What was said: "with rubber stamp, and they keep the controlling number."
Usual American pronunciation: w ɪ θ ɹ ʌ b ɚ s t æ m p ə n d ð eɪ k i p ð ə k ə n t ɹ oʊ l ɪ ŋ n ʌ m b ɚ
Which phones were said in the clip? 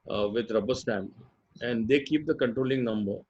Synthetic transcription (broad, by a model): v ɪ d ɹ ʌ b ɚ s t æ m ə n d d eɪ k i p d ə k ə n t ɹ oʊ l ɪ ŋ n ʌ m b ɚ